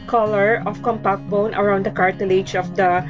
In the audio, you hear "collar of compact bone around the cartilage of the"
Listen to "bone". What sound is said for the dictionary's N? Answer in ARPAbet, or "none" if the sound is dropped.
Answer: N